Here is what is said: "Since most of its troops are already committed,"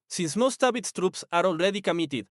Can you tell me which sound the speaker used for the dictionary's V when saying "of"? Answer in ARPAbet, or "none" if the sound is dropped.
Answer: B